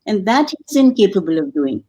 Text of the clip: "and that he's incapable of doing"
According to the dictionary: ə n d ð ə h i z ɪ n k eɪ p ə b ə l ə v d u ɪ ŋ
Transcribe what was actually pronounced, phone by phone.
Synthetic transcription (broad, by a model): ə n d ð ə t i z ɪ n k eɪ p ə b ə l ə v d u ɪ ŋ